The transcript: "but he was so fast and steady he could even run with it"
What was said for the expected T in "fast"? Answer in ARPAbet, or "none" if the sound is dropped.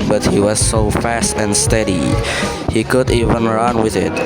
T